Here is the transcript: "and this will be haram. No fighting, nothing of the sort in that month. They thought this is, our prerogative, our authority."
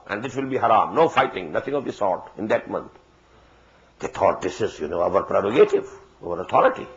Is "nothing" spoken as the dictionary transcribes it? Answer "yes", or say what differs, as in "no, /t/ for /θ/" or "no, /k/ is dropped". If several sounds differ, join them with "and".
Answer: no, /t/ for /θ/